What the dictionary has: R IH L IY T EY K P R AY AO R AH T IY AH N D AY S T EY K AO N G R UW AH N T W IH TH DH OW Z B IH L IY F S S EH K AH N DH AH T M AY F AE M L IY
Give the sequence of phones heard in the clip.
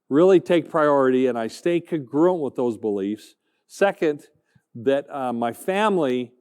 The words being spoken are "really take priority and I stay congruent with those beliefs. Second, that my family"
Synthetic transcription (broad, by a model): R IH L IY T EY K P R AY AO R AH T IY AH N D AY S T EY K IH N G R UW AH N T W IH DH OW Z B IH L IY F S S EH K AH N DH AH T M AY F AE M L IY